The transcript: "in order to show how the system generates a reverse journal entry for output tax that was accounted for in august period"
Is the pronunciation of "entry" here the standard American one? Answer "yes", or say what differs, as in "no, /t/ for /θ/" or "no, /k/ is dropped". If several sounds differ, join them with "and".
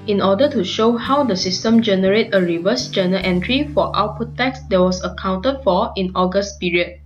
yes